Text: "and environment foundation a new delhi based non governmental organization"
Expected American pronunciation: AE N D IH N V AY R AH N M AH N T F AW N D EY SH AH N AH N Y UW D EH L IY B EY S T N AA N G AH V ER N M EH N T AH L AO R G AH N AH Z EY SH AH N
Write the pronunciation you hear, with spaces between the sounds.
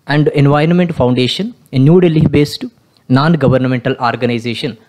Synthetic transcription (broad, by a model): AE N D IH N V AY R AH N M AH N T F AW N D EY SH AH N AH N Y UW D EH L IY B EY S T N AA N G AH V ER N M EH N T AH L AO R G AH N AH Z EY SH AH N